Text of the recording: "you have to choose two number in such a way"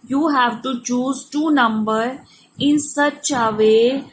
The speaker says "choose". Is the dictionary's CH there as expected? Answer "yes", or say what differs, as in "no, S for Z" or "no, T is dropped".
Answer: yes